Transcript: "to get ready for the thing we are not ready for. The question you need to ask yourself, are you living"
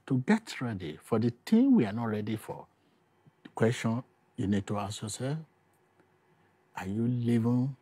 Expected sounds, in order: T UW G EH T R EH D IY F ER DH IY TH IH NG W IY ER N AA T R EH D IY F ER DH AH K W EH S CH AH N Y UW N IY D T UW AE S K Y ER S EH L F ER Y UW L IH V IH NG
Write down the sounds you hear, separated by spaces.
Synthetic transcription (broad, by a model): T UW G EH T R EH D IY F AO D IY T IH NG W IY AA N AA T R EH D IY F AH K W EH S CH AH N Y UW N IY D T UW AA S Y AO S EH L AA Y UW L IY V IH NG